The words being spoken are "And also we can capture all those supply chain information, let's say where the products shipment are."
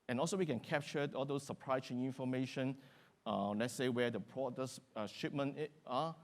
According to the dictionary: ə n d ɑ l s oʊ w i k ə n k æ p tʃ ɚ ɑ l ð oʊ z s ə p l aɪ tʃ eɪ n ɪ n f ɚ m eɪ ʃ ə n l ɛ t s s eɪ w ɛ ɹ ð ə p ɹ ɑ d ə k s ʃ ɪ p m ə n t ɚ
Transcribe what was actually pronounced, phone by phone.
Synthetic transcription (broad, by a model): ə n ɑ l s oʊ w i k ə n k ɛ p tʃ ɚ ɑ l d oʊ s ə p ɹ aɪ s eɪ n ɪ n f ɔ m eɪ ʃ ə n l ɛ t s s eɪ w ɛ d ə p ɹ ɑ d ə s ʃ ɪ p m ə n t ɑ